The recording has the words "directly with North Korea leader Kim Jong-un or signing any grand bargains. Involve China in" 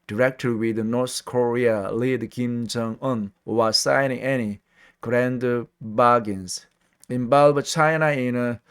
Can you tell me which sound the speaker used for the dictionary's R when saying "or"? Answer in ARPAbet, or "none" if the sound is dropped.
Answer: W